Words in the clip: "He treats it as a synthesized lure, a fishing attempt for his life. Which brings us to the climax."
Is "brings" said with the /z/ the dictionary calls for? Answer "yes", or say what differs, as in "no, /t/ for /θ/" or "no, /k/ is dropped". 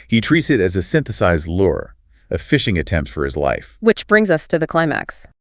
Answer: yes